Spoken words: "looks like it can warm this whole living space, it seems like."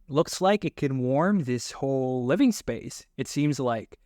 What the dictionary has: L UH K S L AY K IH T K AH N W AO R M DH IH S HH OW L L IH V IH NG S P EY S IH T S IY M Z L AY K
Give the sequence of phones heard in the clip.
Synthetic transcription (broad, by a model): L UH K S L AY K IH T K AH N W AO R M DH IH S HH OW L L IH V IH NG S P EY S IH T S IY M Z L AY K